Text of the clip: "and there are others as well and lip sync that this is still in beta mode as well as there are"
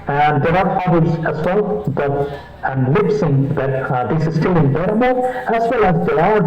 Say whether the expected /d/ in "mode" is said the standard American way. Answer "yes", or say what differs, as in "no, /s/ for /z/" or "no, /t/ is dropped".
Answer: no, /d/ is dropped